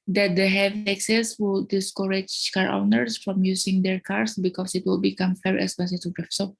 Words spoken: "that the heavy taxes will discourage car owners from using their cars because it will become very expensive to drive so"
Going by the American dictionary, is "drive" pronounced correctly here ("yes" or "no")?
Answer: no